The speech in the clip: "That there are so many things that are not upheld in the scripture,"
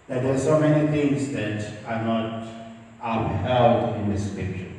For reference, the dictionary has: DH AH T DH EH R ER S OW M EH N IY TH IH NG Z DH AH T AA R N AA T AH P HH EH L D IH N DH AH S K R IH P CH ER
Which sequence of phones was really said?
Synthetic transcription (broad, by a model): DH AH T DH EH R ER S OW M EH N IY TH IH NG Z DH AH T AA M N AA T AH B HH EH L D IH N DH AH S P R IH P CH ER